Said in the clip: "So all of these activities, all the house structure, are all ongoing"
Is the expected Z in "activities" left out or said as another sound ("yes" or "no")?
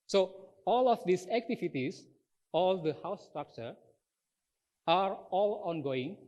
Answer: yes